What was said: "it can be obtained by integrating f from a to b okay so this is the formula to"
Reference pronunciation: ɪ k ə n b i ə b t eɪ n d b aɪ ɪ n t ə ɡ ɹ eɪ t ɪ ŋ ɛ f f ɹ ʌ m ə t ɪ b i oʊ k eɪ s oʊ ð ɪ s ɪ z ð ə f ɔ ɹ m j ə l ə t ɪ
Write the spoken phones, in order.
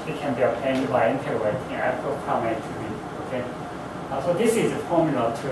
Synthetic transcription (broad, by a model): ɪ k ə n b i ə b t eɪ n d b aɪ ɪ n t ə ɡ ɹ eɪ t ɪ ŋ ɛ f p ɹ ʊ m ə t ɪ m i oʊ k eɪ s oʊ ð ɪ s ɪ z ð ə f ɔ ɹ m j ə l ə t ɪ